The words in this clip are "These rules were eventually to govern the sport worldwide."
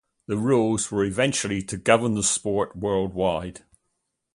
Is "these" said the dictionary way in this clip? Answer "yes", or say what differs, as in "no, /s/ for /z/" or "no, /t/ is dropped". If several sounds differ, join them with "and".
no, /z/ is dropped